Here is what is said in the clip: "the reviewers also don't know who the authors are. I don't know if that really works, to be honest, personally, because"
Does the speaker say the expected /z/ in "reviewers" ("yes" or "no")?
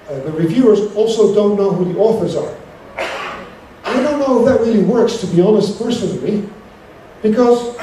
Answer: yes